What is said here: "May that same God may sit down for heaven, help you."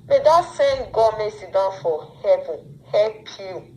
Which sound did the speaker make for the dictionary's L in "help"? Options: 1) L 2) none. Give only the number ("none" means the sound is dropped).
2